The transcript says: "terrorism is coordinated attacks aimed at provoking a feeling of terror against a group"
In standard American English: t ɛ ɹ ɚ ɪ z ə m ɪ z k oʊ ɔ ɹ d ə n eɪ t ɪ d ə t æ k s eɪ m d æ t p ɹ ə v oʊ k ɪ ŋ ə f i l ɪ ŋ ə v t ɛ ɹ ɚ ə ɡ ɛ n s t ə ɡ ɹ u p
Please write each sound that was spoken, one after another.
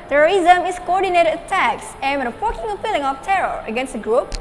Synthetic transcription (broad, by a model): t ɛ ɹ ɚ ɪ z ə m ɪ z k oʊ ɔ ɹ d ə n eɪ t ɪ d ə t æ k s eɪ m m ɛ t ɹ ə f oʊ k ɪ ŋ ə p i l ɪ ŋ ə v t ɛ ɹ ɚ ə ɡ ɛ n s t ə ɡ ɹ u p